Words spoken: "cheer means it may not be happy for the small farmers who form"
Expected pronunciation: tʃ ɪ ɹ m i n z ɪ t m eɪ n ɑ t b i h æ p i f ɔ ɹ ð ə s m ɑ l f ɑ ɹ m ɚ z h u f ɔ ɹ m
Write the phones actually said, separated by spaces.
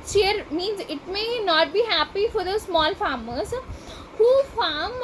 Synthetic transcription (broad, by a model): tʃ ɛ ɹ m i n z ɪ t m eɪ n ɑ t b i h æ p i f ɔ ɹ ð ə s m ɑ l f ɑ ɹ m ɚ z h u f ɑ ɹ m